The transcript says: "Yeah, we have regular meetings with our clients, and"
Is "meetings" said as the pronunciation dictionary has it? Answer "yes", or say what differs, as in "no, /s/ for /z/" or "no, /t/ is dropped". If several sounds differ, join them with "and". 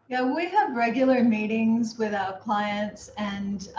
yes